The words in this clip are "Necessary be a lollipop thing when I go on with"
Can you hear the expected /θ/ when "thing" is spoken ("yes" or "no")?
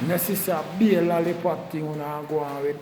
no